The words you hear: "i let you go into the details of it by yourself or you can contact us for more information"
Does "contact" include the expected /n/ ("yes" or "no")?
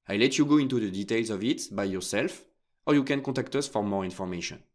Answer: no